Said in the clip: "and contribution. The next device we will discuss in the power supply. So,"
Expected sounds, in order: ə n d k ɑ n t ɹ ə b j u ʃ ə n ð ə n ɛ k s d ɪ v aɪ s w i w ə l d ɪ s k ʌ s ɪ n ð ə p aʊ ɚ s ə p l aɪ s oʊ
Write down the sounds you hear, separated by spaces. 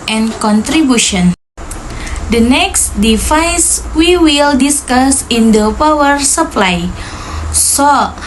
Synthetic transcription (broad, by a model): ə n k ɑ n t ɹ ə b j u ʃ ə n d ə n ɛ k s d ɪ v aɪ s w i w ə l d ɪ s k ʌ s ɪ n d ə p aʊ ɚ s ə p l aɪ s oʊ